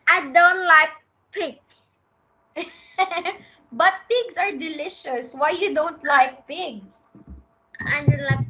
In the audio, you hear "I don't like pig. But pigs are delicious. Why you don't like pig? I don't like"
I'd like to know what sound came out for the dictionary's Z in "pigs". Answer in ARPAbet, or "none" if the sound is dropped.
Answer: S